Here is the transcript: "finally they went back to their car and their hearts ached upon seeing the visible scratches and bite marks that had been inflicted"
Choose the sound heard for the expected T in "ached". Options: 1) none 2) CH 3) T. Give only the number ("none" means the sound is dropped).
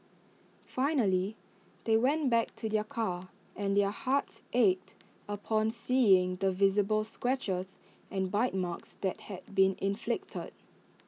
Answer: 3